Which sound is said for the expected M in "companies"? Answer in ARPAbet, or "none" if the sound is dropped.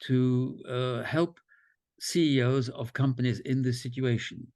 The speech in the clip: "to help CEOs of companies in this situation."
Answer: M